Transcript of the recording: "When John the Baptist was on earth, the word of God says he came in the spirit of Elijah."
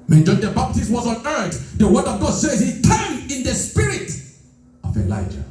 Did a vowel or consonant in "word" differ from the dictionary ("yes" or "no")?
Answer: no